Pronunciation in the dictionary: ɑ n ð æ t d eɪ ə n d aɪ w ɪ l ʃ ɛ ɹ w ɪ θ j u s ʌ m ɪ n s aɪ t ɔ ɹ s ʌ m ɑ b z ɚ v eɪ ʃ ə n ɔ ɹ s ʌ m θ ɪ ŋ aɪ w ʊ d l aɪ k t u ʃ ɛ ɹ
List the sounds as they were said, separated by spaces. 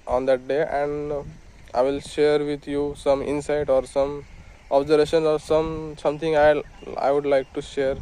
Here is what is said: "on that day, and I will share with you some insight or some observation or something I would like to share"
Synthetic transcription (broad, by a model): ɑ n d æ t d eɪ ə n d aɪ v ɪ l ʃ ɛ ɹ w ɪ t j u s ʌ m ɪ n s aɪ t ɔ ɹ s ʌ m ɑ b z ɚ v eɪ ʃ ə n ɔ ɹ s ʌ m s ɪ ŋ aɪ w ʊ d l aɪ k t u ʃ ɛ ɹ